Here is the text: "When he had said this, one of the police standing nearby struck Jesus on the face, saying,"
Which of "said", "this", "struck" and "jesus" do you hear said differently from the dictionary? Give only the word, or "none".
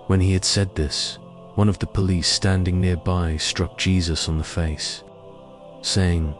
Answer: none